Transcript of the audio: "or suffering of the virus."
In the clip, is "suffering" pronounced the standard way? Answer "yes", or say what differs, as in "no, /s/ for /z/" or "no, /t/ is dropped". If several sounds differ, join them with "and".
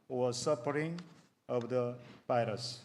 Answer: no, /p/ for /f/